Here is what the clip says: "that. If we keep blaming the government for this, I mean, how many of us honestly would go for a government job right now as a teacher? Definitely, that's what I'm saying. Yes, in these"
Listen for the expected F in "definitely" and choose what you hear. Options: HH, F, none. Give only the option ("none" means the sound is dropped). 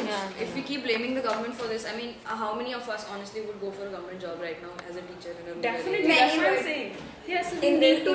none